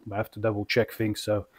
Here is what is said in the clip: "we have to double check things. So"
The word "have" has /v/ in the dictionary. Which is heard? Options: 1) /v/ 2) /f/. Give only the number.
2